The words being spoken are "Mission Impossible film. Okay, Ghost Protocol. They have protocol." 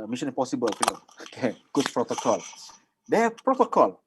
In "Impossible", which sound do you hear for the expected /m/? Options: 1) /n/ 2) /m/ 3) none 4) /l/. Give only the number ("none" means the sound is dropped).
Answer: 3